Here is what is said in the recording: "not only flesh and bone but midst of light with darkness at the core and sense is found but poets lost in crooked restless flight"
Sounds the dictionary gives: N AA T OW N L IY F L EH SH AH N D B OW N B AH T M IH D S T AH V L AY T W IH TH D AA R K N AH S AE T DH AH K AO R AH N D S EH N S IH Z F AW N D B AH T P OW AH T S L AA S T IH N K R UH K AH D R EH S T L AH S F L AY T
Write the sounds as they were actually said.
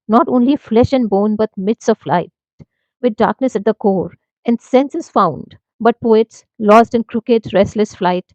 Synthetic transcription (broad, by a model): N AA T OW N L IY F L EH SH AH N D B OW N B AH T M IH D S AH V L AY T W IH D D AA R K N AH S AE T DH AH K AO R AH N D S EH N S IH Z F AW N D B AH T P OW AH T S L AA S T IH N K R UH K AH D R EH S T L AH S F L AY T